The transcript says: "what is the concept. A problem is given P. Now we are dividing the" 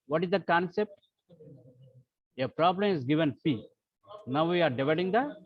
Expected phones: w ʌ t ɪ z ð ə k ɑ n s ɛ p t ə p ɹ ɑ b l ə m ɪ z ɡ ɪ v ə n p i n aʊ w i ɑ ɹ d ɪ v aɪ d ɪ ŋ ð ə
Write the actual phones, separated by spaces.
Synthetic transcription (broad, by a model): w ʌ t ɪ z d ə k ɑ n s ɛ p t ə p ɹ ɑ b l ə m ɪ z ɡ ɪ v ə n f i n aʊ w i ɑ ɹ d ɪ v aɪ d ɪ ŋ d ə